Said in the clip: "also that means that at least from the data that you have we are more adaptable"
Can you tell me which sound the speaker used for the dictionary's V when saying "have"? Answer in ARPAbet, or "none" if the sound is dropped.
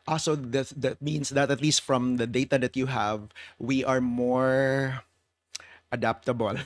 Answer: V